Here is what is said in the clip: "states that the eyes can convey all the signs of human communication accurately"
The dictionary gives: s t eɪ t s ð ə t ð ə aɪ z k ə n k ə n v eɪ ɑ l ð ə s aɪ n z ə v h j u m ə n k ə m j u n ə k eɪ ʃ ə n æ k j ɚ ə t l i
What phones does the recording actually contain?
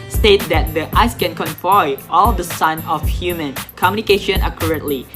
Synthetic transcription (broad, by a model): s t eɪ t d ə t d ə aɪ s k ə n k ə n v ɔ ɑ l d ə s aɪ n ə f h j u m ə n k ə m j u n ə k eɪ ʃ ə n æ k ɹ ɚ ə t l i